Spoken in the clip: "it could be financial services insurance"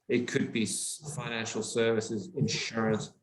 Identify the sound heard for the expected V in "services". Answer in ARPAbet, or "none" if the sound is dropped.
V